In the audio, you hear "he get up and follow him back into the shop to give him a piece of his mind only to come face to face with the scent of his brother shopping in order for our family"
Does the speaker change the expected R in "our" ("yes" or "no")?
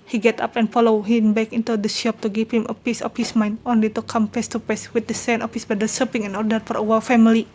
yes